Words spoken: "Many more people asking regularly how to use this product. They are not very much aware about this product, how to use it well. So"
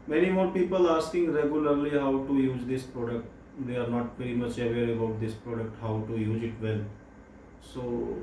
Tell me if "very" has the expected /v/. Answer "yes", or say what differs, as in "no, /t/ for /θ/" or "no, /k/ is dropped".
no, /p/ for /v/